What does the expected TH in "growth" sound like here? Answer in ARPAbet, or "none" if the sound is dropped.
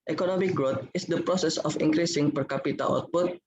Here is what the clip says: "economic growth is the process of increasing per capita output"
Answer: T